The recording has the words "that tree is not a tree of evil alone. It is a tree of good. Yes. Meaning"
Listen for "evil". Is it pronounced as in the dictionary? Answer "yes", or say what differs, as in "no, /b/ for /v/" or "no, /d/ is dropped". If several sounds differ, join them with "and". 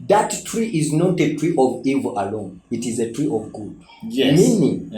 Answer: yes